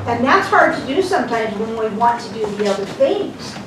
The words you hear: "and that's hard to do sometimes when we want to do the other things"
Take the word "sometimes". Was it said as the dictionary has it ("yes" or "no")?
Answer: yes